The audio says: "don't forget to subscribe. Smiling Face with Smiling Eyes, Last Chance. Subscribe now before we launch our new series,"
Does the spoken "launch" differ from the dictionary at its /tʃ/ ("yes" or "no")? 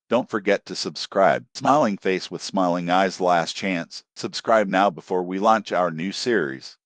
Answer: no